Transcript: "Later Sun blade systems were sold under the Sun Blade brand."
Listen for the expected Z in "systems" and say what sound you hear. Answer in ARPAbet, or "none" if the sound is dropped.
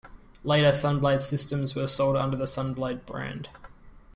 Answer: Z